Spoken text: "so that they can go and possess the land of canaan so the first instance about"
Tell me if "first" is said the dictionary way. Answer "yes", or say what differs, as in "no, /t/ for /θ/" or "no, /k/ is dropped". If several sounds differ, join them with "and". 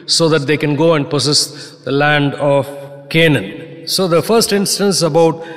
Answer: yes